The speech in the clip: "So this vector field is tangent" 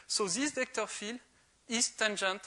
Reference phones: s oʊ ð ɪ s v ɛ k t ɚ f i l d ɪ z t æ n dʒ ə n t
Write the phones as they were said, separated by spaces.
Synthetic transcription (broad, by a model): s oʊ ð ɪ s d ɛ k t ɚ f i l ɪ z t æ n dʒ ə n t